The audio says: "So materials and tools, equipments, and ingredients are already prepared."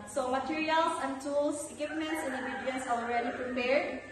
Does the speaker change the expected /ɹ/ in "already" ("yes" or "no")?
no